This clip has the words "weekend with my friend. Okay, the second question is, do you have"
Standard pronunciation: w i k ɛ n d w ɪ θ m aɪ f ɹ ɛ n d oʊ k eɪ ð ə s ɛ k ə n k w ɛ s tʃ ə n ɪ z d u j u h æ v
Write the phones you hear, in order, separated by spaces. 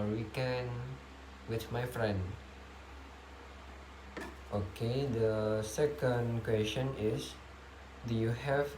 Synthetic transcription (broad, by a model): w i k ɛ n w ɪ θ m aɪ f ɹ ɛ n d oʊ k eɪ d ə s ɛ k ə n k w ɛ s tʃ ə n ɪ s d u j u h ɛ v